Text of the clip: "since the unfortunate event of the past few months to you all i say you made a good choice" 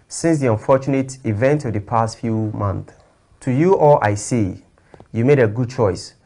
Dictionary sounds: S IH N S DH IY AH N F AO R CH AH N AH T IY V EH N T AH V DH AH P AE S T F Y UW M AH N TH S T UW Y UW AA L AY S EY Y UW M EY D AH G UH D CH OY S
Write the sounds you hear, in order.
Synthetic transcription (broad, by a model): S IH N S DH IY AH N F AO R CH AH N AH T IY V EH N T AH V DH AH P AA S T F Y UW M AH N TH T UW Y UW AA L AY S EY Y UW M EY D AH G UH D CH OY S